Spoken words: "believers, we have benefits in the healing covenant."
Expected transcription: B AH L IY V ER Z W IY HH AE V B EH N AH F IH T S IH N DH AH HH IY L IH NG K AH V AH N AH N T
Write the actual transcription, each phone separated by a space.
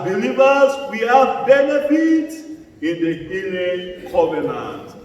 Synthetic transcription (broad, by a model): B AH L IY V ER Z W IY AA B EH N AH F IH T IH N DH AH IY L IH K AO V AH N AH N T